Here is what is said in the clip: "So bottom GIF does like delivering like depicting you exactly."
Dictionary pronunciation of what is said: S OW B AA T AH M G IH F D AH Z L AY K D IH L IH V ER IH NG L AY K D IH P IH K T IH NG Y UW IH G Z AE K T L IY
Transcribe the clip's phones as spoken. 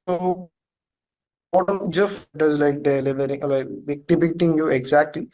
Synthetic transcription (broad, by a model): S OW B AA T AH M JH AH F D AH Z L AY K D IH L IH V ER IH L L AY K D IH P IH K T IH NG Y UW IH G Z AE K T L IY